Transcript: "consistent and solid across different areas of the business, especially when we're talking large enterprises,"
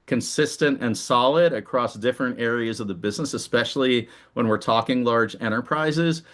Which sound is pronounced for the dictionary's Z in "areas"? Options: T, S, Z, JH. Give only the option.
Z